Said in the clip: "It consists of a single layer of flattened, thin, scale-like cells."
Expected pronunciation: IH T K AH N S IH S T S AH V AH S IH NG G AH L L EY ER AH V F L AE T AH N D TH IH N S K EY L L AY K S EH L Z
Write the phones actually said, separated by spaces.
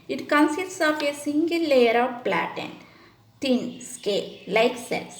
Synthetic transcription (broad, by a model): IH T K AH N S IH S T S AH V AH S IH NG G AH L L EY ER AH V P L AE T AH N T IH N S K EY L L AY K S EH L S